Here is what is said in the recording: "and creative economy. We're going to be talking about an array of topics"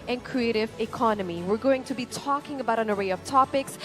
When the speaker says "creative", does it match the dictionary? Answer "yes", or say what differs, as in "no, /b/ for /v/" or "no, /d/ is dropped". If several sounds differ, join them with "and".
yes